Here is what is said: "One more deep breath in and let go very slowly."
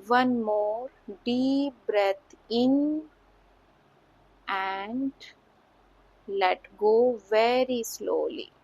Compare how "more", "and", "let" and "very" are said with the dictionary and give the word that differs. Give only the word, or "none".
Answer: none